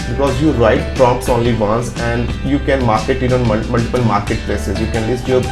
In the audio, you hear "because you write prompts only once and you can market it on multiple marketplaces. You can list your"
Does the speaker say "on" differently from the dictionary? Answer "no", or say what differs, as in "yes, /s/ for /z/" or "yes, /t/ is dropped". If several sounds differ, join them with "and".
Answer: yes, /l/ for /n/